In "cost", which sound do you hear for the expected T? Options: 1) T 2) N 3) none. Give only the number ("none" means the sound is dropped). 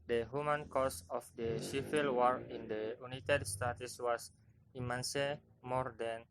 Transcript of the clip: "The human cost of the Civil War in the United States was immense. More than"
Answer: 3